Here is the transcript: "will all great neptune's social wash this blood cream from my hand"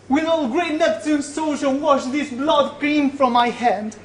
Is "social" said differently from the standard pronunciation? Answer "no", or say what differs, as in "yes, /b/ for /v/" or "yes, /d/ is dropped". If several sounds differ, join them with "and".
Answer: yes, /n/ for /l/